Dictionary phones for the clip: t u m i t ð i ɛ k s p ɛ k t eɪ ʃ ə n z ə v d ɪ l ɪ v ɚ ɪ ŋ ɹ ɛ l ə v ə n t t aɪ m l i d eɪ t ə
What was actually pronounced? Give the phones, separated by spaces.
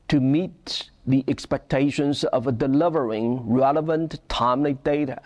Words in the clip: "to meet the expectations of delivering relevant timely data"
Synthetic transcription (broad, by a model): t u m i t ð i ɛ k s p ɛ k t eɪ ʃ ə n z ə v d ɪ l ɪ v ɚ ɪ ŋ ɹ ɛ l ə v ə n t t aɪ m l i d eɪ t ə